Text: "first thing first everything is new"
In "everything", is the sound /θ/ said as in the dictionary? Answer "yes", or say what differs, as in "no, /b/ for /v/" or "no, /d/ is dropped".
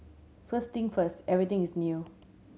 no, /t/ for /θ/